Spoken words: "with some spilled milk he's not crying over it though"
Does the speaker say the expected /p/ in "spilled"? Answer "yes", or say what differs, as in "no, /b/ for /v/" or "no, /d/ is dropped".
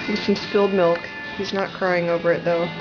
no, /f/ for /p/